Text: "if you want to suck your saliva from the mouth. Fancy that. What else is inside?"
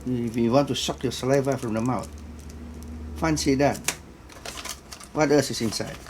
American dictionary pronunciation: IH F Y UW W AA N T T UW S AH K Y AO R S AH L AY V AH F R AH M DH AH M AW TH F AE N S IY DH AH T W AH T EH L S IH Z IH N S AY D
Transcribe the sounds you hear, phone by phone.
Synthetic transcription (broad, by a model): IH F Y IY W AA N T T UW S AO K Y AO S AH L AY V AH F R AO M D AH M AW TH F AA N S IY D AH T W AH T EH S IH S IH N S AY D